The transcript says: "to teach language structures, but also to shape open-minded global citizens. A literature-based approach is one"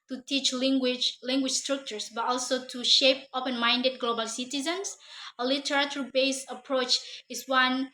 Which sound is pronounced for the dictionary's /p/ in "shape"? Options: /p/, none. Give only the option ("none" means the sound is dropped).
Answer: /p/